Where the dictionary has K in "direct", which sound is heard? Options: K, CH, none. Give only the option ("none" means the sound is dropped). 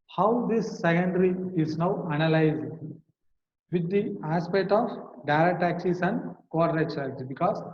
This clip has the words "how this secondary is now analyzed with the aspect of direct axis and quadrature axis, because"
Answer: none